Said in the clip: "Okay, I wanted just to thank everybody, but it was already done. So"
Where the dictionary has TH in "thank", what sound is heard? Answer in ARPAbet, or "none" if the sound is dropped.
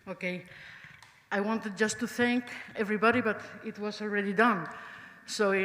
TH